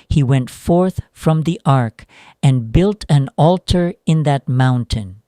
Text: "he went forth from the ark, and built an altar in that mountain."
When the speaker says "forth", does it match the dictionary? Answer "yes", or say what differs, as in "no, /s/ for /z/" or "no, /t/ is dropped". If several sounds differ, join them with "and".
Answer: yes